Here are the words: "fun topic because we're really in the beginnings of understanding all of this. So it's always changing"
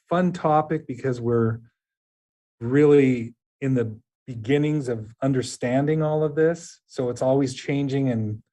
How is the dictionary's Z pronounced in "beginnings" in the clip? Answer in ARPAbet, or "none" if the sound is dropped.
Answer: Z